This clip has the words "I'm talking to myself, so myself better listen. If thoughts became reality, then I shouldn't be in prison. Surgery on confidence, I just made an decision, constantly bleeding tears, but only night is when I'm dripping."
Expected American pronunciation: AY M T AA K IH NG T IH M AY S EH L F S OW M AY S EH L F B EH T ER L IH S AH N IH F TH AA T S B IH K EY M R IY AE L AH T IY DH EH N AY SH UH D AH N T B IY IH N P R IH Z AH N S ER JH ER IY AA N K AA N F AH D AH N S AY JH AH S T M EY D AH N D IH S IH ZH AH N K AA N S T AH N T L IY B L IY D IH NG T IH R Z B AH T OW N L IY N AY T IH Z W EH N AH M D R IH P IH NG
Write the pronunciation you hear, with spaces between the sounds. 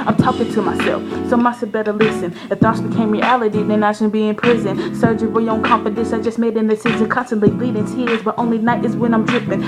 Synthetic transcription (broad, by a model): AY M T AA K IH NG T IH M AY S EH L F S OW M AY S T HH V B EH T ER L IH S AH N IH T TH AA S B IH K EY M R IY AE L AH T IY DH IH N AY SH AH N B IY IH N P R IH Z AH N S ER JH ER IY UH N K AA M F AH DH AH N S AY JH AH S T M EY D AH N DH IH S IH Z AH K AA N S T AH N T L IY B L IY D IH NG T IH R Z B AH T OW N L IY N AY T IH Z W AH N AH M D R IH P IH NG